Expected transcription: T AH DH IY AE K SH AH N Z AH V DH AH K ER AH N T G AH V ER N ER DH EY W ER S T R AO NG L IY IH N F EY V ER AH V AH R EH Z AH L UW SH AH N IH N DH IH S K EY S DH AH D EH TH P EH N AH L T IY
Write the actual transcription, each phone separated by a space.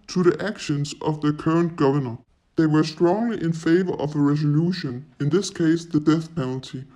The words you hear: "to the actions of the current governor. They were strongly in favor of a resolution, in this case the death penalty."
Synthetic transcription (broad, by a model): T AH DH IY AE K SH AH N Z AH V DH AH K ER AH N G AH V ER N ER DH EY W ER S T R AO NG L IY IH N F EY V ER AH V AH R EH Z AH L UW SH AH N IH N DH IH S K EY S DH AH D EH TH P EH N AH L T IY